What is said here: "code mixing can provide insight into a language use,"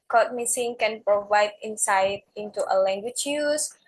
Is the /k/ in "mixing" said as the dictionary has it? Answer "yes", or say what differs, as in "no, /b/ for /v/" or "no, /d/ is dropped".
no, /k/ is dropped